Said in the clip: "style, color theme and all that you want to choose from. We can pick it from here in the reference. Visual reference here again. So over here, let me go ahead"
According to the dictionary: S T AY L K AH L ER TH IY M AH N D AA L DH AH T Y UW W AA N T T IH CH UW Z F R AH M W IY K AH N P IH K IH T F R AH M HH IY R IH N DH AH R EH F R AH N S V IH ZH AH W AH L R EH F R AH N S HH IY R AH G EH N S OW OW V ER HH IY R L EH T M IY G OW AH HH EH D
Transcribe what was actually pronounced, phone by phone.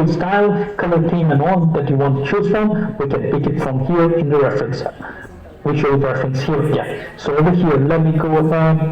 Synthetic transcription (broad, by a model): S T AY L K AH L ER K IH M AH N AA N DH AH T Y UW W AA N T T IH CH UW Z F R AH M W IY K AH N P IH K IH T F R AH M HH IY R IH N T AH R EH F R AH N S W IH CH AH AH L R EH F R AH N S HH IY R AH G EH N S OW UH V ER HH IY R L EH T M IY G OW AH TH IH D